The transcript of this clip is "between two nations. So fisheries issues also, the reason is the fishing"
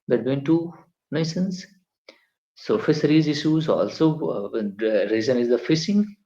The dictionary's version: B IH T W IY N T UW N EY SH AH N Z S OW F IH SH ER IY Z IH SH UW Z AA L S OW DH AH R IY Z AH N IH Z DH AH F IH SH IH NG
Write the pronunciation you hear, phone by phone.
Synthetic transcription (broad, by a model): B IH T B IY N T UW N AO S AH N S S OW F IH S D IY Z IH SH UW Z AA L S OW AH R IY Z AH N IH Z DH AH F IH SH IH NG